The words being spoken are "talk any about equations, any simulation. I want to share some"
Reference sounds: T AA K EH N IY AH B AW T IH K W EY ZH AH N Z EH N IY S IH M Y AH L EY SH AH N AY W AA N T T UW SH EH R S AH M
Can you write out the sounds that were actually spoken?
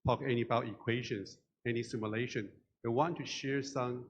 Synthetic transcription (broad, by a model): T AA K EH N IY AH B AW T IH K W EY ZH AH N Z EH N IY S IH M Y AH L EY SH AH N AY W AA N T T UW SH EH R S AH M